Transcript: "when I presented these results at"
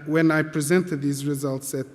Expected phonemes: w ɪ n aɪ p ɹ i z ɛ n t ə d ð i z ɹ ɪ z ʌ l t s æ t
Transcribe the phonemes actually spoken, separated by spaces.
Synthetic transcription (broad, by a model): w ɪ n aɪ p ɹ i z ɛ n t ə d ð i z ɹ ɪ z ʌ l t s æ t